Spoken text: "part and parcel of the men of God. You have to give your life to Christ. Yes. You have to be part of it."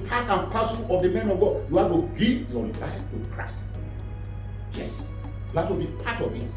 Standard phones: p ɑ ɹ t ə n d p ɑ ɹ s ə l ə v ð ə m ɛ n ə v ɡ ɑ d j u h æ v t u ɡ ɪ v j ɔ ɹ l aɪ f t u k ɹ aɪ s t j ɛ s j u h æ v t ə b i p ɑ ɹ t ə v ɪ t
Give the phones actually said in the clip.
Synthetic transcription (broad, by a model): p ɑ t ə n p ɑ s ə n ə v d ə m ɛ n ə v ɡ ɑ d j u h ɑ t u ɡ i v j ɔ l aɪ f t u k ɹ aɪ s t j ɛ s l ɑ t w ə b i p ɑ t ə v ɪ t